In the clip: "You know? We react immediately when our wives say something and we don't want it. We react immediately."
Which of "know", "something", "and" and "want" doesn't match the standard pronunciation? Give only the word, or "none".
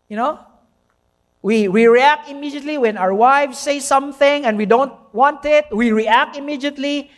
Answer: none